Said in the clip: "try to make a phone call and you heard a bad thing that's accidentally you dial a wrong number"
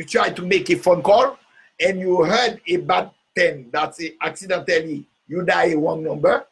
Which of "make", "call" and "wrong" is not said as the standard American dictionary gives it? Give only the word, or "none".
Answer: wrong